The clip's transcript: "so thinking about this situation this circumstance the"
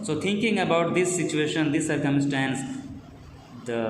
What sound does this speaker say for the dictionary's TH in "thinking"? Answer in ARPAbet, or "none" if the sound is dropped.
T